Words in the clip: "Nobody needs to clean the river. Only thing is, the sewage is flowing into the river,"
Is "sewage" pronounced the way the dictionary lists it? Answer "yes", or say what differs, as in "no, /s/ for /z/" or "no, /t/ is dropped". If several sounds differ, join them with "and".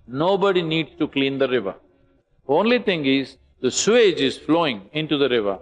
yes